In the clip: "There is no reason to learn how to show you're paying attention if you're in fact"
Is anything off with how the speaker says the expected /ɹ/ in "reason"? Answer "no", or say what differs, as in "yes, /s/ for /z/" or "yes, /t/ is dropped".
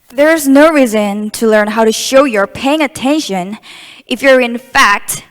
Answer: no